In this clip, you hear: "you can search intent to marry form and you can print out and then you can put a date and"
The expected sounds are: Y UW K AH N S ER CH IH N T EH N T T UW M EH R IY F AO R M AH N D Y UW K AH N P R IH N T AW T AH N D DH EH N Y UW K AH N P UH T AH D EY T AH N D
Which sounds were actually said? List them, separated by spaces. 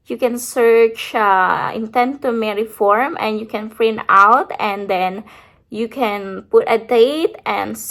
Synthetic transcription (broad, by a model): Y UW K AH N S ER CH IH N T EH N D T UW M EH R IY F AO R M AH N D Y UW K AH N F R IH N AW T AH N D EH N Y UW K AH N P UH T AH D EY T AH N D